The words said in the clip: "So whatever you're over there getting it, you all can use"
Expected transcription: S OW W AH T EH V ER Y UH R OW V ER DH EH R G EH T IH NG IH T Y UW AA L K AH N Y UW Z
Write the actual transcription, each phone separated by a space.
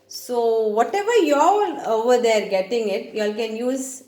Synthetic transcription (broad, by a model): S OW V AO T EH V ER Y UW L OW V ER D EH R G EH T IH NG IH T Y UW AA L K AH N Y UW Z